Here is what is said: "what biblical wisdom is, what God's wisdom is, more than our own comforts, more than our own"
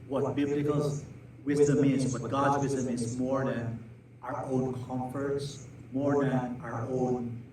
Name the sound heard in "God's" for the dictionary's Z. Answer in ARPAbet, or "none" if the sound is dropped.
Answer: Z